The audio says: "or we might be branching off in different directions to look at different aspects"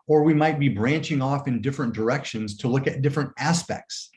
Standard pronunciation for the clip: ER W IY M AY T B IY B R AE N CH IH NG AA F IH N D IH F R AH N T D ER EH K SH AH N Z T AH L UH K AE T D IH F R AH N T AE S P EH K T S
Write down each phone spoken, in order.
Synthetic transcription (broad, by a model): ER W IY M AY T B IY B R AE N CH IH NG AA F IH N D IH F R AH N D ER EH K SH AH N Z T AH L UH K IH T D IH F R AH N T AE S P EH K T S